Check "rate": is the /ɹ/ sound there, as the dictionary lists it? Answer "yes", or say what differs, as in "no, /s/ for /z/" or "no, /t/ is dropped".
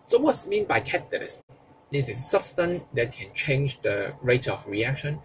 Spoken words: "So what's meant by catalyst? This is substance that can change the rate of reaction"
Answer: yes